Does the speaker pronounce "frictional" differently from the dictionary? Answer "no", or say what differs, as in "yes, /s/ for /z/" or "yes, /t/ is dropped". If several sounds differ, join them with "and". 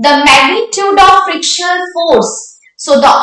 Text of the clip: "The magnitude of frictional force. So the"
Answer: yes, /n/ is dropped